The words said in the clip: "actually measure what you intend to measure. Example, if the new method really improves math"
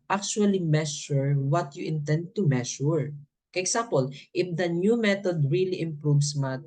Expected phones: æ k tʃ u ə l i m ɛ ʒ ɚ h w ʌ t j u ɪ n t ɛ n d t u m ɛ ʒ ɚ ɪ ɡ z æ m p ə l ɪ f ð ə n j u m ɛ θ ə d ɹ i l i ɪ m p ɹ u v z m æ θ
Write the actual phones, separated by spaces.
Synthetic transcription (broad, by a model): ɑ k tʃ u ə l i m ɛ ʃ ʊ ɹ w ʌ t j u ɪ n t ɛ n d t u m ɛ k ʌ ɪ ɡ s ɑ m p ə l ɪ f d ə n j u m ɛ t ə d ɹ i l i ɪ m p ɹ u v s m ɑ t